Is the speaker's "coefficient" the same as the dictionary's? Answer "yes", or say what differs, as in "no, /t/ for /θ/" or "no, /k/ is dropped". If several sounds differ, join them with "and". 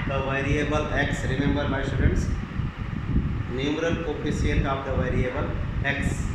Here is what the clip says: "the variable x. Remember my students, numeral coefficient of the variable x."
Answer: no, /s/ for /ʃ/ and /l/ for /n/